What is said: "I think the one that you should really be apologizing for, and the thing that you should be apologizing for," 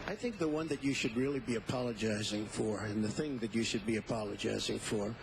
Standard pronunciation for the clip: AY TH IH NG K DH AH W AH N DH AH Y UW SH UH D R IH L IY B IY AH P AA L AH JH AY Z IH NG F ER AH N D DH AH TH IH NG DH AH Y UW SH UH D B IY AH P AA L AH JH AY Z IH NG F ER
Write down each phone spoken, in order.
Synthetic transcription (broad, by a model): AY TH IH NG K DH AH W AH N DH AH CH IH SH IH D R IH L IY B IY AH P AA L AH JH AY Z IH NG F ER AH N DH AH TH IH NG DH AH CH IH SH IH D B IY AH P AA L AH JH AY Z IH NG F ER